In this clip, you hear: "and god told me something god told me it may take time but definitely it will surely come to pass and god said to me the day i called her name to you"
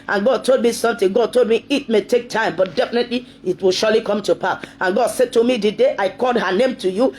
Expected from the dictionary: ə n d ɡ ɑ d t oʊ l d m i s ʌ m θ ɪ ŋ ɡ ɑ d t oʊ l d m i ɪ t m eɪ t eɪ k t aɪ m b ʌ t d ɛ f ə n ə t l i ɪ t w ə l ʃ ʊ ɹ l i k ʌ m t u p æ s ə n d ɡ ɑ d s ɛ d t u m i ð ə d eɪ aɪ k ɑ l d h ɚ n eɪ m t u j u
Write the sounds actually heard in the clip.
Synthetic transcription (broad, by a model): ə n ɡ ɑ d t oʊ l d m i s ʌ m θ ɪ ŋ ɡ ɑ d t oʊ l d m i ɪ t m eɪ t eɪ k t aɪ m b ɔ t d ɛ f ə n ə t l i ɪ t w ə l ʃ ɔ l i k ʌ m t u p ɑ ə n ɡ ɑ d s ɛ d t u m i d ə d eɪ aɪ k ɑ l d h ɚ n eɪ m t u j u